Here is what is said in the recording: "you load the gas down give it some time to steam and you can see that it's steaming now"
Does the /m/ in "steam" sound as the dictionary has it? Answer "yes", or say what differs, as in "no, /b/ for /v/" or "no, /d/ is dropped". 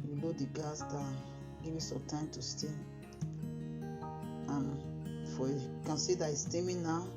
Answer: no, /m/ is dropped